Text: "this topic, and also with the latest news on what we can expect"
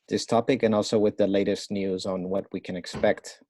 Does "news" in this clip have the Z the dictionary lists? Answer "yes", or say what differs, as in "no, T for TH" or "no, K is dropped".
yes